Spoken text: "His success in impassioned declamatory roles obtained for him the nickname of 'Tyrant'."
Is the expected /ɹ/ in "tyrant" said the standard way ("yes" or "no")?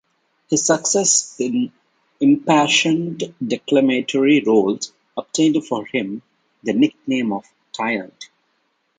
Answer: no